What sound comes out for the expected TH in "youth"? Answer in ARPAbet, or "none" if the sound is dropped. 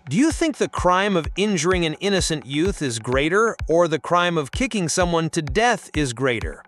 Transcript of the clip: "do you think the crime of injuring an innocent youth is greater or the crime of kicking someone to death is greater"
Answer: TH